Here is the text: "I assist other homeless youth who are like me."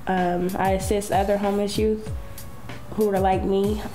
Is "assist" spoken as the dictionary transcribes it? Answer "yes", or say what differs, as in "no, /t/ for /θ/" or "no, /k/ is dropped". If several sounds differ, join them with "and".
yes